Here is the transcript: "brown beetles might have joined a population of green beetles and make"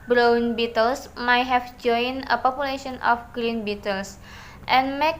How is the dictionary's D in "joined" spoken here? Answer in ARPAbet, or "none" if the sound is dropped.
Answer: none